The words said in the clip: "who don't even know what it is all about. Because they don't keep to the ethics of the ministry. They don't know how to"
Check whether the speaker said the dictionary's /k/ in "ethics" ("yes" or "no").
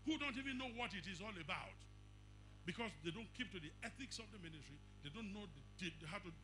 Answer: yes